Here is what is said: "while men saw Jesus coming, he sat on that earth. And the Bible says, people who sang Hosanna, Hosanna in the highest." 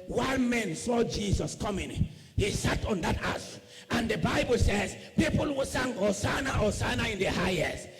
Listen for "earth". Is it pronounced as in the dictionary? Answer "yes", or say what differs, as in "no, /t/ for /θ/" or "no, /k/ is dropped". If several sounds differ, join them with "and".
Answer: no, /s/ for /θ/